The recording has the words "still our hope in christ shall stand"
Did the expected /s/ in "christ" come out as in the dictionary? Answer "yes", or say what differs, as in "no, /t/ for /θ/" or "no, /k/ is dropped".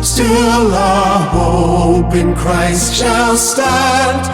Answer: yes